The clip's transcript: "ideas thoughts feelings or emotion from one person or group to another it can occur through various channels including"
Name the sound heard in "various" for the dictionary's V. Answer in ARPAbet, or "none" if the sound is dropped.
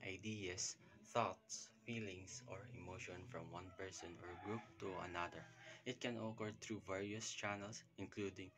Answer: V